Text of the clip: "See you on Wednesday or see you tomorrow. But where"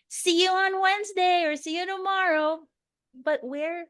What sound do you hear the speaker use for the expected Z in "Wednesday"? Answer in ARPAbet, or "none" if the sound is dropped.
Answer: Z